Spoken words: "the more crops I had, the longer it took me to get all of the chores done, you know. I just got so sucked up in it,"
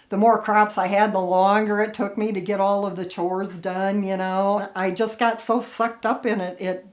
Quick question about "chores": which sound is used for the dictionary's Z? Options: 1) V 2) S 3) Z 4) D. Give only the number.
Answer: 3